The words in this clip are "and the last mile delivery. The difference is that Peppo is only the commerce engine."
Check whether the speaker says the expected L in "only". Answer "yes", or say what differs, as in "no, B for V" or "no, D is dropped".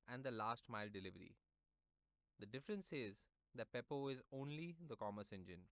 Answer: yes